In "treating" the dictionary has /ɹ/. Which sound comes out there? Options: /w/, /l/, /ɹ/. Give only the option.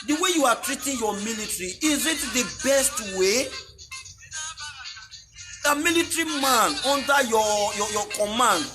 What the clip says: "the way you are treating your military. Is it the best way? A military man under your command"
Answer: /ɹ/